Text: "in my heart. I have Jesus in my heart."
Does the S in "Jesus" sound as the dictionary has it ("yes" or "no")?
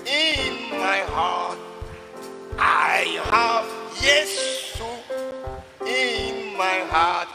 no